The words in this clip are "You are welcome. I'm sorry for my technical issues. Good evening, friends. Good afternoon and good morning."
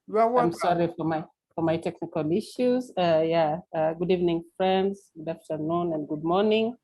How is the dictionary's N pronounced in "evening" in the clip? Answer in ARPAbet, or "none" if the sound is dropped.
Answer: N